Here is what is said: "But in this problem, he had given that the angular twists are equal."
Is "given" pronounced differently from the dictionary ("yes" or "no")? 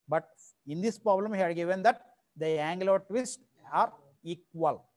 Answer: no